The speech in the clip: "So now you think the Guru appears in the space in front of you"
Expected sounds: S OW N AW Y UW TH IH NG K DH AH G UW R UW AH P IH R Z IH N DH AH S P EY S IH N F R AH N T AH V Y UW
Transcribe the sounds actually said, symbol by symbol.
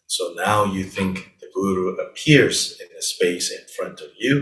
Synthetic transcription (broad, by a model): S OW N AW Y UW TH IH NG K DH AH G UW R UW AH P IH R Z IH N DH AH S P EY S IH N F R AH N T AH V Y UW